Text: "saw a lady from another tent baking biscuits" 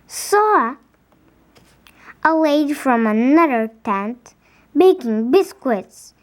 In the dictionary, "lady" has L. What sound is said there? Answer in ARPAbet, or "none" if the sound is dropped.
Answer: W